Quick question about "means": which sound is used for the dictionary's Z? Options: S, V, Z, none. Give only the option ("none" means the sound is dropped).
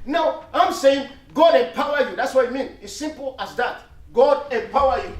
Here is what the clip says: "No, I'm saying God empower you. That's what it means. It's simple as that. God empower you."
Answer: none